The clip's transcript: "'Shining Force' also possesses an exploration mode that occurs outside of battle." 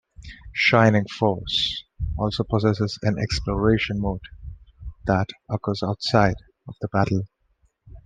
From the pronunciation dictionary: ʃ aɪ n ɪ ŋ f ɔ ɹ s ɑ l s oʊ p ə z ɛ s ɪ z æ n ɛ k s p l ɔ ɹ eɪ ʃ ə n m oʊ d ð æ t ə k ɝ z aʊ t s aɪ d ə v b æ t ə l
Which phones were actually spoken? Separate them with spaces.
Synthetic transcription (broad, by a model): ʃ aɪ n ɪ ŋ f ɔ ɹ s ɑ l s oʊ p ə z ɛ s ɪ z æ n ɛ k s p l ɔ ɹ eɪ ʃ ə n m oʊ d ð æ t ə k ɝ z aʊ t s aɪ d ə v b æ t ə l